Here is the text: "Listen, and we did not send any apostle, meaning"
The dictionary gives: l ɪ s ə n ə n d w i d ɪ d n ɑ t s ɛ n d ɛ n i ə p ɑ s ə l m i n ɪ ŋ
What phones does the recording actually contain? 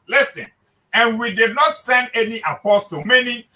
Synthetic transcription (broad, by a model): l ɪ s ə n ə n w i d ɪ d n ɑ t s ɛ n d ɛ n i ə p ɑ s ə m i n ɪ